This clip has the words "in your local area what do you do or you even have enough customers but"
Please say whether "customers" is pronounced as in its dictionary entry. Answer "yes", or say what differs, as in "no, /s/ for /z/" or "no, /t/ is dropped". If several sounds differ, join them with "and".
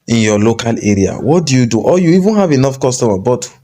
no, /z/ is dropped